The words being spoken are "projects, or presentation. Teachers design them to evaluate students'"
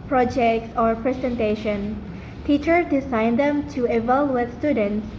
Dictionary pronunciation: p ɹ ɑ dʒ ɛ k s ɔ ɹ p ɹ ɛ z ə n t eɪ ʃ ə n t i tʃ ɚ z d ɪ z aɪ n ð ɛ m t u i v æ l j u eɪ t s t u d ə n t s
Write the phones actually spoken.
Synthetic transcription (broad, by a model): p ɹ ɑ dʒ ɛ k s ɔ ɹ p ɹ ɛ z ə n t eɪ ʃ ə n t i tʃ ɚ d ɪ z aɪ n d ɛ m t u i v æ l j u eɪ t s t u d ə n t s